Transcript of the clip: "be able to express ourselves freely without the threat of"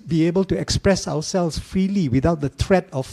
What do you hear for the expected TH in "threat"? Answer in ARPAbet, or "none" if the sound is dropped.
T